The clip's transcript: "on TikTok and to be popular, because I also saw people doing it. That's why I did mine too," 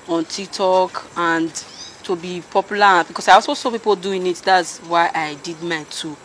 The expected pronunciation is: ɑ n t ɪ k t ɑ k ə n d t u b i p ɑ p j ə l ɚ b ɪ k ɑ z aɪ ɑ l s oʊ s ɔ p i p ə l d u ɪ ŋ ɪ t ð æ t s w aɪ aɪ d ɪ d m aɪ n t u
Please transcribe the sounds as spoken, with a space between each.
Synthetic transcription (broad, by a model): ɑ n t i k t ɑ k ə n d t u b i p ɑ p j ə l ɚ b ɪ k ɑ s aɪ ɑ l s oʊ s ɔ p i p ə l d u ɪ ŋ ɪ t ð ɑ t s w aɪ aɪ d ɪ d m aɪ t u